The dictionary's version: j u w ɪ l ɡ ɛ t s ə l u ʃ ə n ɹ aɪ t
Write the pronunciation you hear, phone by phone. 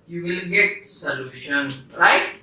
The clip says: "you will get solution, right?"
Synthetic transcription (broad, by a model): j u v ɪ l ɡ ɛ t s ə l u ʃ ə n ɹ aɪ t